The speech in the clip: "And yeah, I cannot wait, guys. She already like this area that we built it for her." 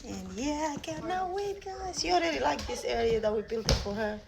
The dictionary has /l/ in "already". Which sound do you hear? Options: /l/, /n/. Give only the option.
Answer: /n/